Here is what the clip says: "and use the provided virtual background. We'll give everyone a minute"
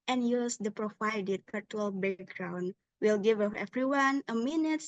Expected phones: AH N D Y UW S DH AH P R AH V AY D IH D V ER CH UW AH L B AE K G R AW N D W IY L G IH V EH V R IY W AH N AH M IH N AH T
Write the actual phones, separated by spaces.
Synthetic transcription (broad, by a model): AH N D Y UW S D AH P R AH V AY D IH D P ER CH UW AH L B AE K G R AW N D W IY L G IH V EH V R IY W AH N AH M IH N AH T